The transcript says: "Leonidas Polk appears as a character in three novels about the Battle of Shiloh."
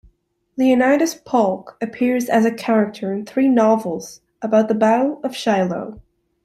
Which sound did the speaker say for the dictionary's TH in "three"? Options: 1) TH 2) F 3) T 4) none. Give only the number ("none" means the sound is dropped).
1